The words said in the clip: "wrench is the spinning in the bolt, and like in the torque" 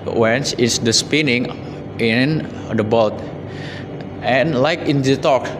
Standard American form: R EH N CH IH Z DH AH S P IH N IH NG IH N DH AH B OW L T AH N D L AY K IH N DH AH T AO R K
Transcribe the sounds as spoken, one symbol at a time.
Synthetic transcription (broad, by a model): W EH N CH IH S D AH S P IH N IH NG IH N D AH B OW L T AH N L AY K IH N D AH T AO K